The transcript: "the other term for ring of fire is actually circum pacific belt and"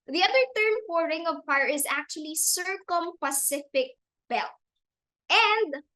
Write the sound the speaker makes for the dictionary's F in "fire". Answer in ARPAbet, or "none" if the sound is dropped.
P